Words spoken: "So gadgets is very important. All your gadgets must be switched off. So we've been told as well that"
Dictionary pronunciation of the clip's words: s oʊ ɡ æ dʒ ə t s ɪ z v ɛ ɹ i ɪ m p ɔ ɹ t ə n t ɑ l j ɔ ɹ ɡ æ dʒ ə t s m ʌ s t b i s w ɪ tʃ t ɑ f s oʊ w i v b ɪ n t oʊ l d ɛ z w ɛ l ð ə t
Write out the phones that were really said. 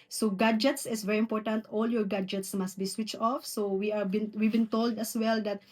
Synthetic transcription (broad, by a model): s oʊ ɡ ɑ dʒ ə t s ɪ s v ɛ ɹ i ɪ m p ɔ ɹ t ə n t ɑ l j ɔ ɹ ɡ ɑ dʒ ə t s m ʌ s t b i s w ɪ tʃ t ɑ f s oʊ w i v b ɪ n t oʊ l d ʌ s w ɛ l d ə t